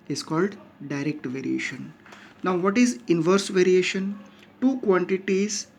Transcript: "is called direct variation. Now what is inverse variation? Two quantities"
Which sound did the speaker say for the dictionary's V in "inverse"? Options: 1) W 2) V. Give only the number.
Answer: 2